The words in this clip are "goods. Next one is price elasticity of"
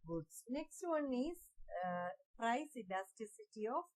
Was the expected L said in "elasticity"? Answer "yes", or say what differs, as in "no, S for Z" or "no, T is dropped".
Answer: no, N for L